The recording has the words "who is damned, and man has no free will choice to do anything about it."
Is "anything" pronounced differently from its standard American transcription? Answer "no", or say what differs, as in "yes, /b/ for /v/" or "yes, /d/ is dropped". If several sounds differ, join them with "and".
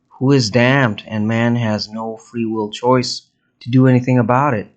no